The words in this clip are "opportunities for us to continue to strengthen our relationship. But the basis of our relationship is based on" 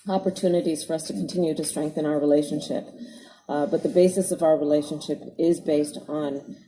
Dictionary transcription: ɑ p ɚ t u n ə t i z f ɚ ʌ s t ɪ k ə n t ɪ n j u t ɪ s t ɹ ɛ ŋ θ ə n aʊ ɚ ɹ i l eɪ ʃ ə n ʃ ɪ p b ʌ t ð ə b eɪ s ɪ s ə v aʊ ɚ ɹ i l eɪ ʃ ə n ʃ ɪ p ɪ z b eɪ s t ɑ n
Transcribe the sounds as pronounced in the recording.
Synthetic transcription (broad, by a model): ɑ p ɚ t u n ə t i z f ɚ ʌ s t ɪ k n t ɪ n j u t ɪ s t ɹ ɛ ŋ θ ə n aʊ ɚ ɹ i l eɪ ʃ ə n ʃ ɪ p b ʌ t ð ə b eɪ s ɪ s ə v aʊ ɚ ɹ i l eɪ ʃ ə n ʃ ɪ p ɪ z b eɪ s t n